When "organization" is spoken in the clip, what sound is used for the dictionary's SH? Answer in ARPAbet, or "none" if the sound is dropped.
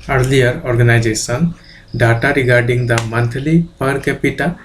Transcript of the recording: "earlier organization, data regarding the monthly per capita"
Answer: S